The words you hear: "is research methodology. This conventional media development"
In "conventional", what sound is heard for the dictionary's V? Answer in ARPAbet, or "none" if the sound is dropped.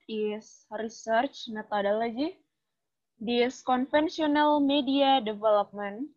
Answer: F